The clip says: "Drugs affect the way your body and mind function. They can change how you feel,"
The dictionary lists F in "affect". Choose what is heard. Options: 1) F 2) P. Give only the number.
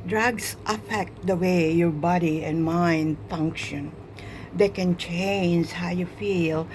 1